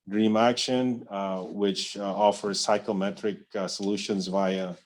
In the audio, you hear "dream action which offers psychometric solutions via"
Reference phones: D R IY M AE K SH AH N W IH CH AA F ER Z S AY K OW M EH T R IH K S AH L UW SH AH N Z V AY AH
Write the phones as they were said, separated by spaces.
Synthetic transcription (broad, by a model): D R IY M AE K SH AH N W IH CH AA F ER Z S AY K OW M EH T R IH K S AH L UW SH AH N Z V AY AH